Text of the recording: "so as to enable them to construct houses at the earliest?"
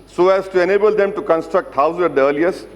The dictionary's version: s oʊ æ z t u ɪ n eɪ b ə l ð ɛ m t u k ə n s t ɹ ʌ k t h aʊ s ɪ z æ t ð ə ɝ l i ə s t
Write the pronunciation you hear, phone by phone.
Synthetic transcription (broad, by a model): s oʊ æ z t u ɪ n eɪ b ə l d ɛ m t u k ə n s t ɹ ʌ k t h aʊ ɪ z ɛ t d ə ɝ l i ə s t